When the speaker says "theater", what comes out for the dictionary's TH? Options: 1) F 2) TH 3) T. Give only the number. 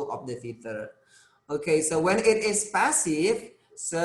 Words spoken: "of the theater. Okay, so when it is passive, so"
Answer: 1